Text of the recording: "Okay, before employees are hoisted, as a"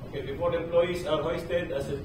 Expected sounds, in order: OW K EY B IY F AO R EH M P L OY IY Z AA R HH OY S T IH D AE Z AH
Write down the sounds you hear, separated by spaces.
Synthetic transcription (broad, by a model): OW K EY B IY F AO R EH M P L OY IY S AA R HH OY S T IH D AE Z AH